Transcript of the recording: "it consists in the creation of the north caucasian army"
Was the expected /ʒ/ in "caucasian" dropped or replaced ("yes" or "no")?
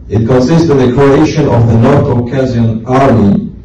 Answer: yes